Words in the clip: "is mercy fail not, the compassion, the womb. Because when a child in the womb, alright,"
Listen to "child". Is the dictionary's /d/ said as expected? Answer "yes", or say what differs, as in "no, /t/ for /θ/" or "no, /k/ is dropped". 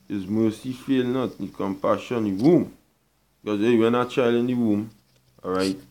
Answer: no, /d/ is dropped